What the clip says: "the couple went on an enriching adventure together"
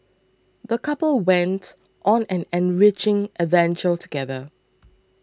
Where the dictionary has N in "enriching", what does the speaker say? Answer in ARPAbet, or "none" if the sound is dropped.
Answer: N